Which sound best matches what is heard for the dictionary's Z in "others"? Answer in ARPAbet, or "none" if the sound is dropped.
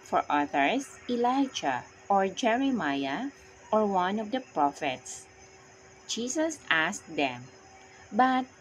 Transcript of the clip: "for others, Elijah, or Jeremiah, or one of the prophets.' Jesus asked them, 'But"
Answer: S